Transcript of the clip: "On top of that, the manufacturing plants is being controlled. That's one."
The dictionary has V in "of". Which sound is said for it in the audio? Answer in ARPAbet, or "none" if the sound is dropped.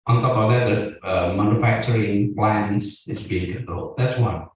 B